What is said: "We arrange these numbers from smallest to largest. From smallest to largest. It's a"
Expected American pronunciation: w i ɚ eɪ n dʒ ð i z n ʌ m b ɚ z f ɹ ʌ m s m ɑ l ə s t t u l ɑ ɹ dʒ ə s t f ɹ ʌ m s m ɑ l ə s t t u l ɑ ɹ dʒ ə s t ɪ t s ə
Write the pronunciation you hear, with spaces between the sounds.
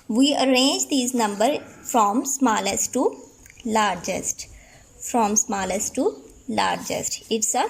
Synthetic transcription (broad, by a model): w i ɚ eɪ n dʒ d i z n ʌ m b ɚ f ɹ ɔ m s m ɑ l ə s t t u l ɑ ɹ dʒ ə s t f ɹ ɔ m s m ɑ l ə s t t u l ɑ ɹ dʒ ə s t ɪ t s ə